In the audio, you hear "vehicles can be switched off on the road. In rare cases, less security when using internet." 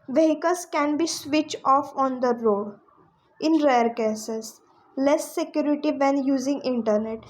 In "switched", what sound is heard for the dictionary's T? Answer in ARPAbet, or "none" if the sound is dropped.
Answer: none